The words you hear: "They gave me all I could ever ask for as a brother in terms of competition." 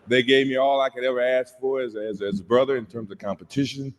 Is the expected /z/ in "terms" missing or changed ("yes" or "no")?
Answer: no